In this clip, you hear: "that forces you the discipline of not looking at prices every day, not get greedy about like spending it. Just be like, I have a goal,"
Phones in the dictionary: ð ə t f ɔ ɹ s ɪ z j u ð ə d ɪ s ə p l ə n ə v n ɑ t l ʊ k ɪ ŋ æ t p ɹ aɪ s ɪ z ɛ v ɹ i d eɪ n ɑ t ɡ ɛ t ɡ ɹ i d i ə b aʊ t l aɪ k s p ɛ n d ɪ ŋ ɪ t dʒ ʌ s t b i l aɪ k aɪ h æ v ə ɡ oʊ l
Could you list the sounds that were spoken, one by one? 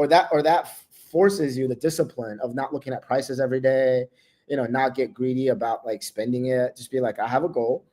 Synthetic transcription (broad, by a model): ð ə t f ɔ ɹ s ɪ z j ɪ ð ə d ɪ s ə p l ə n ə v n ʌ t l ʊ k ɪ ŋ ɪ t p ɹ aɪ s ɪ z ɛ v ɹ i d eɪ n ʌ t ɡ ɛ t ɡ ɹ i d i ə b aʊ t l aɪ k s p ɛ n d ɪ ŋ ɪ t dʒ ʌ s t b i l aɪ k aɪ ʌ v ə ɡ oʊ l